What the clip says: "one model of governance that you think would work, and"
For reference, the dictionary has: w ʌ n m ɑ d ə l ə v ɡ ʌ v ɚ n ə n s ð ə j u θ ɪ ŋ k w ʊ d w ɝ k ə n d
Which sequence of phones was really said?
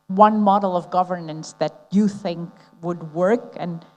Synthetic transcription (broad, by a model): w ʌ n m ɑ d l ə v ɡ ʌ v ɚ n ə n s ð ə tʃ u θ ɪ ŋ k w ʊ d w ɝ k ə n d